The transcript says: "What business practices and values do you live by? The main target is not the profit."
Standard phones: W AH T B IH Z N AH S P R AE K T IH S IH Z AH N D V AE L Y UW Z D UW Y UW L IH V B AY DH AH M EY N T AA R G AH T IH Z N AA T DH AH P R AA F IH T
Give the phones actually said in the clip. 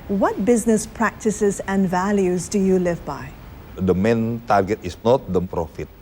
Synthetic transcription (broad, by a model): W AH T B IH Z N AH S P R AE K T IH S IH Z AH N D V AE L Y UW Z D UW Y UW L IH V B AY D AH M EY N T AA R G AH T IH S N AA T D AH P R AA F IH T